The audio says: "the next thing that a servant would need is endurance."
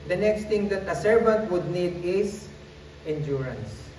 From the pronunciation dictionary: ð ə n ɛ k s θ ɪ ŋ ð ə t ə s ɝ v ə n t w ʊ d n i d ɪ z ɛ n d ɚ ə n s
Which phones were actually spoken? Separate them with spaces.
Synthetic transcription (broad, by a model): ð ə n ɛ k s t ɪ ŋ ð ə t ə s ɝ v ə n t w ʊ d n i d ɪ s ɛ n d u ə n s